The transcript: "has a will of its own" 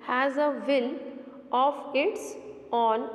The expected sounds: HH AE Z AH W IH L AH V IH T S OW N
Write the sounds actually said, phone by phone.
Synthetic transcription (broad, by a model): HH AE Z AH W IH N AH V IH T S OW N